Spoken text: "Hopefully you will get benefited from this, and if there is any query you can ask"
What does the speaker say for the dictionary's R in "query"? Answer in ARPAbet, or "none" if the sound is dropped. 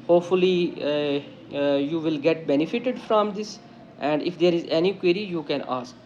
R